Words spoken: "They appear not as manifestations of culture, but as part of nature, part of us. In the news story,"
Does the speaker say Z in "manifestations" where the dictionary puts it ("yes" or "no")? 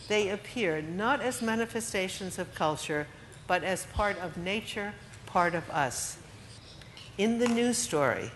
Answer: yes